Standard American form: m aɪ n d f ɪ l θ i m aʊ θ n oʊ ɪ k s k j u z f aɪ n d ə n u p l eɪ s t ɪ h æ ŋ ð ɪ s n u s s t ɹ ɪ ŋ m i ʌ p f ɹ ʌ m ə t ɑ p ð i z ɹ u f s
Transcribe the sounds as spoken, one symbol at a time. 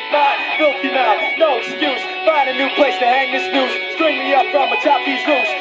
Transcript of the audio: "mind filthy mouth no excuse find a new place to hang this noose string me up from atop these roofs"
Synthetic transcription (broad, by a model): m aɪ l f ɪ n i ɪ t n oʊ ɪ k s k j u z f aɪ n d ə n u p l eɪ s t ɪ h æ ŋ ð ɪ s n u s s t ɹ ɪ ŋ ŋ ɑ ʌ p f ɹ ʌ m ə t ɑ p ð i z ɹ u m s